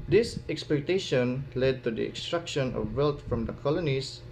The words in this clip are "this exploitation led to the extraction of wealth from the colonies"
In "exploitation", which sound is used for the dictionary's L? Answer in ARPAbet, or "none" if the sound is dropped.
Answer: none